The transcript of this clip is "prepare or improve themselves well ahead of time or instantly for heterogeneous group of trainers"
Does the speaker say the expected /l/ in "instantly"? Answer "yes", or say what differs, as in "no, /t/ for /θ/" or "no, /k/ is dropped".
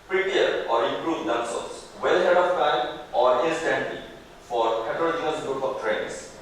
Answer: no, /l/ is dropped